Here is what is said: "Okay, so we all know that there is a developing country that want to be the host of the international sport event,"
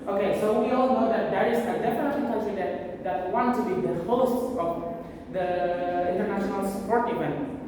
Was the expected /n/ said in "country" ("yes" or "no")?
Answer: no